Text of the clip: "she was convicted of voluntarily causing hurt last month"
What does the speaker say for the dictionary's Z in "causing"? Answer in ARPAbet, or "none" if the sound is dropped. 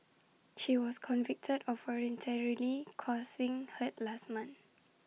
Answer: S